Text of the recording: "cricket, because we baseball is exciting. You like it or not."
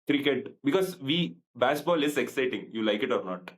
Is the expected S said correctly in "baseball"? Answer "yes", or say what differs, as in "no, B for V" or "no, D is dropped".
no, SH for S